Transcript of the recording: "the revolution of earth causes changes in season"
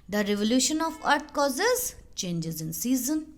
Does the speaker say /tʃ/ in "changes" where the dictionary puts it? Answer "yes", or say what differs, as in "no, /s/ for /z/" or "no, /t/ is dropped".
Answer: yes